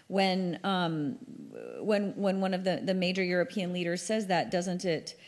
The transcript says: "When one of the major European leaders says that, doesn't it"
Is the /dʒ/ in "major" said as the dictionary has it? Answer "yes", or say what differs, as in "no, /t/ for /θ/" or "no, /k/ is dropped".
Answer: yes